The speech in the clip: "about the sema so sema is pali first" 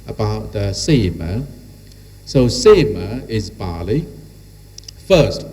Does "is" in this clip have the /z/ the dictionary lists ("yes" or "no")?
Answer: yes